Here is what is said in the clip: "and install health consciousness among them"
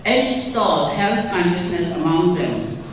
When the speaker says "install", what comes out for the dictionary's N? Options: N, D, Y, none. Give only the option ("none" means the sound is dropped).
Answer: none